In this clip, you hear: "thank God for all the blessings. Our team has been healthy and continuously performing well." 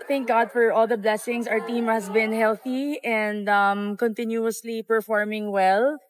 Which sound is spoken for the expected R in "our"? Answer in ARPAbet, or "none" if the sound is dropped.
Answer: R